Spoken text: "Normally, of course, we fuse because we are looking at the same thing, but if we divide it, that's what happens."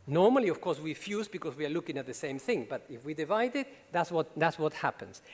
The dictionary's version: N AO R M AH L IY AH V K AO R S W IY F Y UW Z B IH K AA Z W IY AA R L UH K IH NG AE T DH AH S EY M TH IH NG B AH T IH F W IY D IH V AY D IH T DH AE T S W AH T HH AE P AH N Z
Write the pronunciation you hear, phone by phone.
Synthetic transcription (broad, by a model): N AO R M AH L IY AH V K AO R S W IY F Y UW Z B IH K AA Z W IY AA R L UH K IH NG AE T DH AH S EY M TH IH NG B AH T IH F W IY D IH V AY D IH T DH AE T S W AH T HH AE P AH N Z